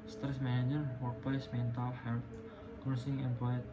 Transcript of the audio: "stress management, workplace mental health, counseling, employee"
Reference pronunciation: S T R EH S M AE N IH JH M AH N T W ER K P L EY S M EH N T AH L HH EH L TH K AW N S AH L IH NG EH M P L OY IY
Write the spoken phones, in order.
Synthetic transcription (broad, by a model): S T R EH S M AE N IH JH AH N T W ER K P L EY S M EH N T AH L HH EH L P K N AH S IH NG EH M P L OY